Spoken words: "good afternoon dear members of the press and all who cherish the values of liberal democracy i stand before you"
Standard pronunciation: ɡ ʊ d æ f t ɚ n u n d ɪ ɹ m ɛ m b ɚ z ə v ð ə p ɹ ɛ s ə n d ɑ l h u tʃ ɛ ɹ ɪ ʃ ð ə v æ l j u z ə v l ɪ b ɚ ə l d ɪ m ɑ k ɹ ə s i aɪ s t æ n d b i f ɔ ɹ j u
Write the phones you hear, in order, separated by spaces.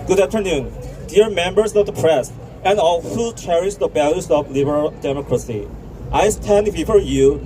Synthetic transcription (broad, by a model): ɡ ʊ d æ f t ɚ n u n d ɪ ɹ m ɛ m b ɚ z ə v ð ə p ɹ ɛ s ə n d ɑ l h u tʃ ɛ ɹ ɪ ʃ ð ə b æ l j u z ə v l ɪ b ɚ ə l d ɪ m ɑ k ɹ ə s i aɪ s t æ n d b i f ɔ ɹ j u